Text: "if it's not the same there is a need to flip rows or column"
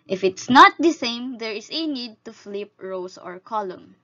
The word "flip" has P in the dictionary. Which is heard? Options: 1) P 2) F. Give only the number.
1